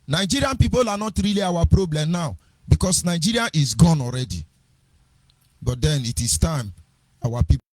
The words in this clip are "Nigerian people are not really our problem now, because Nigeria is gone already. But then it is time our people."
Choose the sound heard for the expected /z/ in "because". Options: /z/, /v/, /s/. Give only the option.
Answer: /s/